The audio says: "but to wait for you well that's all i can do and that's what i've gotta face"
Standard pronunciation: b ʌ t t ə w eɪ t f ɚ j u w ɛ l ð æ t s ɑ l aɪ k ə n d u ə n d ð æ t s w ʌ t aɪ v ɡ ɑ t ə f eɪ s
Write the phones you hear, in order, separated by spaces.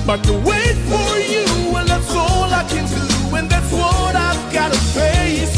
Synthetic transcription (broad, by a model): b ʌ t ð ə w eɪ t f ɚ j u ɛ n ð æ t s ɑ l aɪ k ə n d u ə n ð æ t s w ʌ t aɪ v ɡ ɑ t ə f eɪ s